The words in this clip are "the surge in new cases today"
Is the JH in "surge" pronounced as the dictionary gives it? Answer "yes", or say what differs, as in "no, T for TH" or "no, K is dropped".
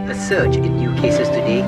no, CH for JH